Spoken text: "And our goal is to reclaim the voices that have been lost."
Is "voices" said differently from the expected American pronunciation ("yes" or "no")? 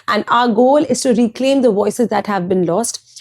no